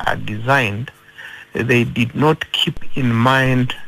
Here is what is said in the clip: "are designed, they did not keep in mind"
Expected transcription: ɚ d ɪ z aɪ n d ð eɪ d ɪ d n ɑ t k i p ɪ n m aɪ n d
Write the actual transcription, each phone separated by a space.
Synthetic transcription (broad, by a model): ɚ d ɪ z aɪ n d ð eɪ d ɪ d n ɑ t k i p ɪ n m aɪ n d